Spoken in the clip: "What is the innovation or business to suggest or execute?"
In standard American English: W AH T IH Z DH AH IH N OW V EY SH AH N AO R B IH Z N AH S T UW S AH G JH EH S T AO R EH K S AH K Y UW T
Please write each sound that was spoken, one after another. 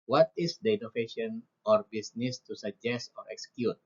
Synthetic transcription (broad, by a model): W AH T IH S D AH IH N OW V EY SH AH N AO R B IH S N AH S T UW S AH G JH EH S T AO R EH K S K Y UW T